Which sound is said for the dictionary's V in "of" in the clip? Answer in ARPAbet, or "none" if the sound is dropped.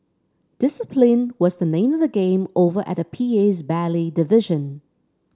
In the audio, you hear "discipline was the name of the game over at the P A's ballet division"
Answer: V